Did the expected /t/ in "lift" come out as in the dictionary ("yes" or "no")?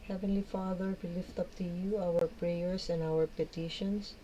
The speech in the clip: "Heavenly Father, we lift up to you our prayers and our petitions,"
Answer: yes